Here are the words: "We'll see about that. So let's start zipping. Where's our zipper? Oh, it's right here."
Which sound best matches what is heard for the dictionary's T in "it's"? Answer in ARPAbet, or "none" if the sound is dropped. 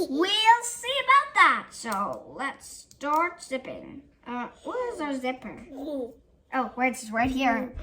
S